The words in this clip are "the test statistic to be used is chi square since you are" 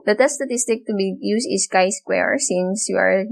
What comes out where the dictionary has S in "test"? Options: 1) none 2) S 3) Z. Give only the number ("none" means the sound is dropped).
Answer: 1